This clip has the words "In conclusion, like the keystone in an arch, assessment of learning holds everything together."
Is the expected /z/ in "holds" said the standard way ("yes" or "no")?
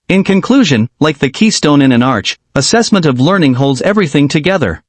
yes